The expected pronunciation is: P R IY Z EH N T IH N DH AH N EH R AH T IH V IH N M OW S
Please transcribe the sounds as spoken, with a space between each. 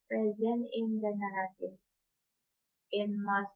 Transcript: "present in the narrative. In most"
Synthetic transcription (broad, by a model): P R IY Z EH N IH N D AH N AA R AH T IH IH N M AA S